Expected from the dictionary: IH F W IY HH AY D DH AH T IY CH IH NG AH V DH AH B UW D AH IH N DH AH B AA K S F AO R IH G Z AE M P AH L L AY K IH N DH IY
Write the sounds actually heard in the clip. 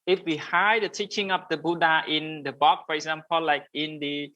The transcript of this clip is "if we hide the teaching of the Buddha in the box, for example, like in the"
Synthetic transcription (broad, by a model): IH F W IY HH AY D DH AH T IY CH IH NG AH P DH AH B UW D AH IH N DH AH B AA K F AO R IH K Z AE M P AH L L AY K IH N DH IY